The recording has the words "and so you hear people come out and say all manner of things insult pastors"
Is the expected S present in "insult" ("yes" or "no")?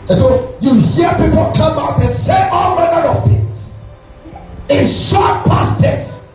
no